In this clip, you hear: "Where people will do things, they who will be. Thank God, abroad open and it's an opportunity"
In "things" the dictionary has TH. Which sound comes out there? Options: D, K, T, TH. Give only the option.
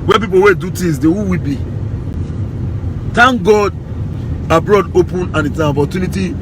T